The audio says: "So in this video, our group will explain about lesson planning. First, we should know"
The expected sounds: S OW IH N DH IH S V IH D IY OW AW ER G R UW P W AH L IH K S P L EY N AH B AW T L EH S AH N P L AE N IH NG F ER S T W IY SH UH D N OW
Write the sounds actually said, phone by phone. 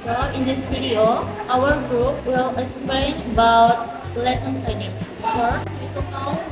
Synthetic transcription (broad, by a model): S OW IH N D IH S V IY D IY OW AW ER G R UW P W AH L IH K S P L EY N AH B AW T L EH S AH N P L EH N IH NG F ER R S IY S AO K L